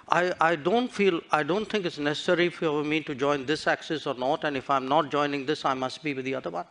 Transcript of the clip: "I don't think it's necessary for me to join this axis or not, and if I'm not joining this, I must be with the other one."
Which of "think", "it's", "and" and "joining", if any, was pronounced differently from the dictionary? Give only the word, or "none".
think